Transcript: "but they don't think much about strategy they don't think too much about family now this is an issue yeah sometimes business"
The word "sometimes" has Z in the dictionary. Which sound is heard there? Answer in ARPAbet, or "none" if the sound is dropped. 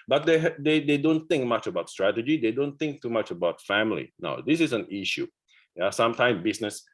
none